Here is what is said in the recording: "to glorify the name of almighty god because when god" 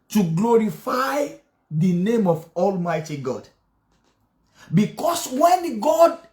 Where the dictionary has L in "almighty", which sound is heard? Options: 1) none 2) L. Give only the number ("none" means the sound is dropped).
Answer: 2